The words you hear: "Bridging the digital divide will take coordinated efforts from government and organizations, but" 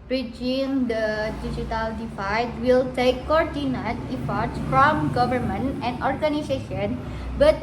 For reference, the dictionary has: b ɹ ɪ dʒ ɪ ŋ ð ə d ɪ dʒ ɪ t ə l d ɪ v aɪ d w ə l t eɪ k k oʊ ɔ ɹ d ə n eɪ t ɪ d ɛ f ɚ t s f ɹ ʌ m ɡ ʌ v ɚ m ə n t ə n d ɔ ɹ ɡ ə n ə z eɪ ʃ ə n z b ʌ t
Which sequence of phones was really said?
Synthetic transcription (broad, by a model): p ɹ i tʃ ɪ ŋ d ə d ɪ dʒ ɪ t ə l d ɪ f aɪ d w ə l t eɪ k k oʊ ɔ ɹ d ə n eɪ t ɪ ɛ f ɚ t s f ɹ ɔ m ɡ ʌ v ɚ m ə n t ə n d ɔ ɹ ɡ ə n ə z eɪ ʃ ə n b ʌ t